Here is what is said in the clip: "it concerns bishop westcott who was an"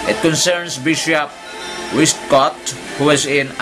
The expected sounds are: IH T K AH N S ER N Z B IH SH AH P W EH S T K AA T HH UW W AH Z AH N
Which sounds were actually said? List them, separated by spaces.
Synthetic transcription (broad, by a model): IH T K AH N S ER N S B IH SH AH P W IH S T K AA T HH UW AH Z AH N